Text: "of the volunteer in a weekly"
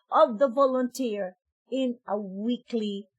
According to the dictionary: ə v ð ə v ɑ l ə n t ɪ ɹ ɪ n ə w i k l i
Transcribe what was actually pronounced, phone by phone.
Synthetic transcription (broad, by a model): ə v ð ə v ɑ l ə n t ɪ ɹ ɪ n ə w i k l i